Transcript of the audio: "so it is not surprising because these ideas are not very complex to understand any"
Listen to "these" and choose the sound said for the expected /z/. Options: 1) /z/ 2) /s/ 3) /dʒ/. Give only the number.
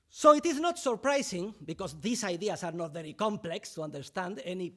2